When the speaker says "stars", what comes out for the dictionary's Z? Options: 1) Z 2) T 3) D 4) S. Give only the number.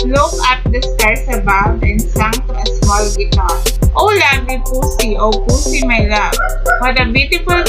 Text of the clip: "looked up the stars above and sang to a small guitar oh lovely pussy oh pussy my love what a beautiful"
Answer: 4